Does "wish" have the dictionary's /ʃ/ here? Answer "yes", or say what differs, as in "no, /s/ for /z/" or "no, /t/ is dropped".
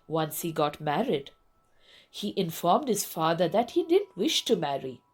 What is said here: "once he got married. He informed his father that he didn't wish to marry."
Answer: yes